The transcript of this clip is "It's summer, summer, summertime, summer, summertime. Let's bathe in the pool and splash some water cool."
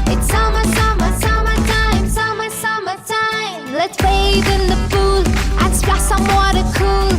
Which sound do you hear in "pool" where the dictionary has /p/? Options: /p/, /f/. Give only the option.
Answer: /f/